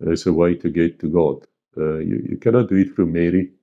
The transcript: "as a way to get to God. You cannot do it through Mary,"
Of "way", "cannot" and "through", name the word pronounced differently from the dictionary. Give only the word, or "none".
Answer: through